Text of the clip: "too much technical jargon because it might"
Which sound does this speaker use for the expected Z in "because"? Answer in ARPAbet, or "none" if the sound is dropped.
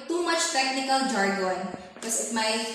S